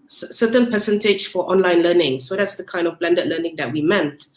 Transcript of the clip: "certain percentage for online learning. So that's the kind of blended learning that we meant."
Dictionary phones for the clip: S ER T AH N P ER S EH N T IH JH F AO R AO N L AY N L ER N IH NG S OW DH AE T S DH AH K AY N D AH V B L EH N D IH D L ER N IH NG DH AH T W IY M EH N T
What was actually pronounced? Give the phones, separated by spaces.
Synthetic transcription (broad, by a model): S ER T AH N P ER S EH N T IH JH F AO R AO N L AY N L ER N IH NG S OW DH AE T S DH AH K AY N D AH V B L EH N D IH D L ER N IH NG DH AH T W IY M EH N T